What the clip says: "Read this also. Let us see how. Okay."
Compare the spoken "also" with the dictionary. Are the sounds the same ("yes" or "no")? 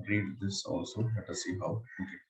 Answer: yes